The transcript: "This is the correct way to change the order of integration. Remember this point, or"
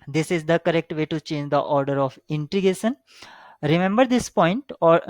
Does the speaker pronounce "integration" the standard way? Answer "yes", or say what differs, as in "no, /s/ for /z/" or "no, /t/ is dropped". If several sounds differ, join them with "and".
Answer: no, /ɹ/ is dropped